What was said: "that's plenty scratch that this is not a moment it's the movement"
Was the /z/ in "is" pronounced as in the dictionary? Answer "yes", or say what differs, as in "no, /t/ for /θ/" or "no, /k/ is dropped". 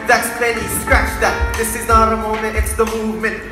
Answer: yes